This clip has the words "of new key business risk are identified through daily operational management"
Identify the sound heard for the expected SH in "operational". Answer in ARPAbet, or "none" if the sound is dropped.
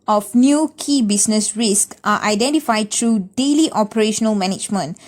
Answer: SH